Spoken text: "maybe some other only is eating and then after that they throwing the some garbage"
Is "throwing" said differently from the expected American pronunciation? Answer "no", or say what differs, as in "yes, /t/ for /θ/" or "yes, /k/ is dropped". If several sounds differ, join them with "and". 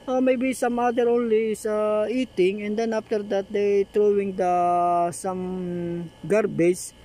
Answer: yes, /t/ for /θ/